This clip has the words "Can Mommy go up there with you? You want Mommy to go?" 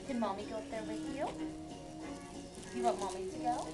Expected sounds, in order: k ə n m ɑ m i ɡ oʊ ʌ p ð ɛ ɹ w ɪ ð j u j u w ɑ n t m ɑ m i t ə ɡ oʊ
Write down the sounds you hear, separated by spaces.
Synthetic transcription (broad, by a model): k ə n m ɑ m i ɡ oʊ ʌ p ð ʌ ɹ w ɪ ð j u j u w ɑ t m ɑ m i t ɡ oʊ